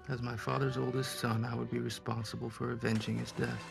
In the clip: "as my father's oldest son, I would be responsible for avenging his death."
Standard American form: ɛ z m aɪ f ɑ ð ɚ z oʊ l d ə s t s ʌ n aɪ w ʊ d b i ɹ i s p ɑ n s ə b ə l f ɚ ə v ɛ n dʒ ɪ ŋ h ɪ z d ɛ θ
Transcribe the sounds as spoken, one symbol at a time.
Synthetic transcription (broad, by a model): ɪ z m aɪ f ɑ ð ɚ z oʊ l d ə s t s ʌ n aɪ w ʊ d b i ɹ i s p ɑ n s ə b ə l f ɚ ə v ɛ n dʒ ɪ ŋ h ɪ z d ɛ θ